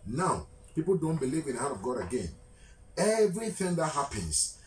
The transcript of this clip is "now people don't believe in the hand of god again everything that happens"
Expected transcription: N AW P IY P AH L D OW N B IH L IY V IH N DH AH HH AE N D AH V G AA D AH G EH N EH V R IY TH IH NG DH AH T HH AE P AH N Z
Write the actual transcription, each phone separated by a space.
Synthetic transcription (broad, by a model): N AW P IY P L D OW N B IH L IY V IH N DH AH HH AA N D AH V G AA D AH G EH N EH V R IY TH IH NG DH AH T HH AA P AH N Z